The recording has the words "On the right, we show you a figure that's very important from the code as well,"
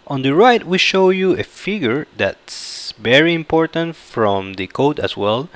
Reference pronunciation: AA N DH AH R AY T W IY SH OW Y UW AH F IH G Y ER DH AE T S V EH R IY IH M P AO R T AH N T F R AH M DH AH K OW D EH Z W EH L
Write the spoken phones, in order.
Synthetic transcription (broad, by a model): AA N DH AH R AY T W IY SH OW Y UW AH F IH G Y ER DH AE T S V EH R IY IH M P AO R T AH N T F R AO M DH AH K OW D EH S W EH L